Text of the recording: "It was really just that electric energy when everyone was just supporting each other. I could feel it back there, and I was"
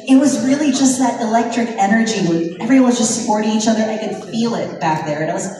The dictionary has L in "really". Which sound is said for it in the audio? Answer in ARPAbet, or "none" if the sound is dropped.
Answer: L